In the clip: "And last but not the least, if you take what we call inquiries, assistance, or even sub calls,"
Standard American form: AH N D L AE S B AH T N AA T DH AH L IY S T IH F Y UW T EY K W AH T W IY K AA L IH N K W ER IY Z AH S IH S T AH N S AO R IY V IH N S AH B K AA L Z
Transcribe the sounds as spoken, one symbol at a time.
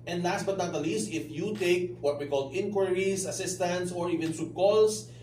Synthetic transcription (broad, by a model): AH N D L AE S B AH T N AA T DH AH L IY S T IH F Y UW T EY K W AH T W IY K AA L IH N K W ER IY S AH S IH S T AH N S AO R IY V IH N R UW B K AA L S